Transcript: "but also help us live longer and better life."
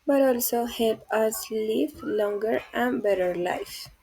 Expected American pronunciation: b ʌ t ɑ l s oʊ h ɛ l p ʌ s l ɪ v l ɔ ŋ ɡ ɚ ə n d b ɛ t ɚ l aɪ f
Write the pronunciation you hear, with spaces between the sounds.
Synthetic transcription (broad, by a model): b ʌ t ɑ l s oʊ h ɛ l p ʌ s l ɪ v l ɔ ŋ ɡ ɚ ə n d b ɛ t ɚ l aɪ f